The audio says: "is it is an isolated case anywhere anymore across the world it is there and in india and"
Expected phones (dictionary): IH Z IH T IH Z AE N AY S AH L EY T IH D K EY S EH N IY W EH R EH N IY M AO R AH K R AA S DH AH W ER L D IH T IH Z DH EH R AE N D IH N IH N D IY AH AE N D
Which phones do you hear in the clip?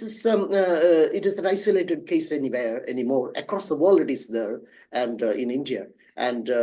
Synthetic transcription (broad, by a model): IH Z IH T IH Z AE N AY S AH L EY T IH D K EY S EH N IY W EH R EH N IY M AO R AH K R AA S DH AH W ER L IH T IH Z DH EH R AE N D IH N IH N D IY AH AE N D